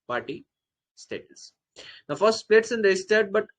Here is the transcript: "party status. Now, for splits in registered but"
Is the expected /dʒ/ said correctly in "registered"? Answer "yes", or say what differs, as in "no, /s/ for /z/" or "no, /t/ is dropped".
no, /dʒ/ is dropped